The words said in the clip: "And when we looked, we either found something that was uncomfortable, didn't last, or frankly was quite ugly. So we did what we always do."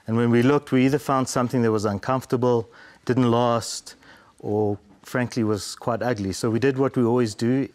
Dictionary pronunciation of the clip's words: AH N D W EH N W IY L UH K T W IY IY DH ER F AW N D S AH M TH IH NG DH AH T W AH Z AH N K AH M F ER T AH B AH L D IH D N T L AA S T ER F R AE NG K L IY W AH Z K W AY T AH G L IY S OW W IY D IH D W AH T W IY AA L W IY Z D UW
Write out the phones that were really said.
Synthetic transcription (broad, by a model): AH N W EH N W IY L UH K T W IY IY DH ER F AW N D S AH M TH IH NG DH AH T W AH Z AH N K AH M F T AH B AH L D IH D N T L AA S T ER F R AE NG K L IY W AH Z K W AY T AH G L IY S OW W IY D IH D W AH T W IY AA L W IY Z D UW